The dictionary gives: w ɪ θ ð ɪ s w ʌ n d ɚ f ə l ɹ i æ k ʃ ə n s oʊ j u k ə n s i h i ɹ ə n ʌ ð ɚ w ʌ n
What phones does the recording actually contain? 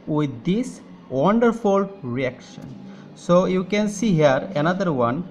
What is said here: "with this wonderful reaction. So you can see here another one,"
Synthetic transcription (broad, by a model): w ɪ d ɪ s w ʌ n d ɚ f ə l ɹ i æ k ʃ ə n s oʊ j u k ə n s i h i ɹ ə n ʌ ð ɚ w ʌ n